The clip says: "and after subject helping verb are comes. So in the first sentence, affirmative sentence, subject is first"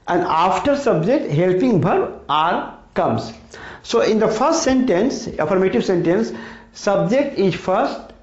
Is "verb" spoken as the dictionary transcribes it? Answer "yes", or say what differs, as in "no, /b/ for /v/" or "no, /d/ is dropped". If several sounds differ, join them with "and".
no, /b/ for /v/ and /b/ is dropped